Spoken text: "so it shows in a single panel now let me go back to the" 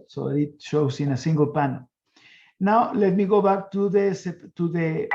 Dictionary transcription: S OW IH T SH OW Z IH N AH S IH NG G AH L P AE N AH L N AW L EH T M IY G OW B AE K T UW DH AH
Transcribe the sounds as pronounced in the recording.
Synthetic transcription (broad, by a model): S OW IH T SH OW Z IH N AH S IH NG G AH L P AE N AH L N AW L EH T M IY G OW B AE K T UW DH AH